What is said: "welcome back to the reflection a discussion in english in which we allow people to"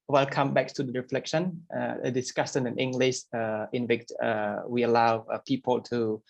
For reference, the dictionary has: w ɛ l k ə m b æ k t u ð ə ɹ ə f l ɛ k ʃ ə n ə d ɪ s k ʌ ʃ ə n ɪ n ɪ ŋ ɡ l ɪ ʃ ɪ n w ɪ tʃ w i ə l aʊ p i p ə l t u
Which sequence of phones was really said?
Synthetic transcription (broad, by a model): w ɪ l k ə m b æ k t u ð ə ɹ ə f l ɛ k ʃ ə n ə d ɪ s k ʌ s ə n ɪ n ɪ ŋ ɡ l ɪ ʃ ɪ n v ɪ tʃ w i ə l aʊ p i p ə l t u